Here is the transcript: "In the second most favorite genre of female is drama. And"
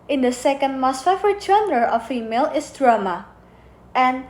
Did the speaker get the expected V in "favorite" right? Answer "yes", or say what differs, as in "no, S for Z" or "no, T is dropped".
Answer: no, F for V